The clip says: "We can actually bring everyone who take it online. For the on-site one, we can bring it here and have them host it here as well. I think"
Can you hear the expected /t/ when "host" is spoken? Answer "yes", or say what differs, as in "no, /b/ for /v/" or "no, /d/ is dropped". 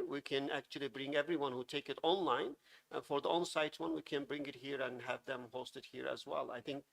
yes